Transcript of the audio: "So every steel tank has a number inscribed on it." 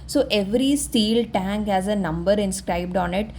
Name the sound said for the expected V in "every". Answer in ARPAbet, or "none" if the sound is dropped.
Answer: V